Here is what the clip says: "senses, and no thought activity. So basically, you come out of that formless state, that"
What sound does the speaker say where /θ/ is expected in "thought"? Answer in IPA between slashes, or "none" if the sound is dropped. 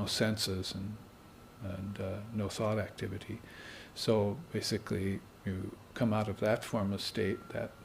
/θ/